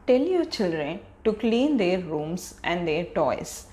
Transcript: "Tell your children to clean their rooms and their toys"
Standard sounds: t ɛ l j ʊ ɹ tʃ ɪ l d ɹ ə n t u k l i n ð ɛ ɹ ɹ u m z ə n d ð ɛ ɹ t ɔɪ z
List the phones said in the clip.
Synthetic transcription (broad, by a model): t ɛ l j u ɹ tʃ ɪ l d ɹ ə n t u k l i n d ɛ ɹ ɹ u m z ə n d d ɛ ɹ t ɔɪ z